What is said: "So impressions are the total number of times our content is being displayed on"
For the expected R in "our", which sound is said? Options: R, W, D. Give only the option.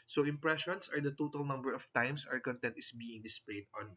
R